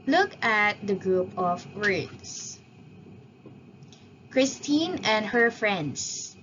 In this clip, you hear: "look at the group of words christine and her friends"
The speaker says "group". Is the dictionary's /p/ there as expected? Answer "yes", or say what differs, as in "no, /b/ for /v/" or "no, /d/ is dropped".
yes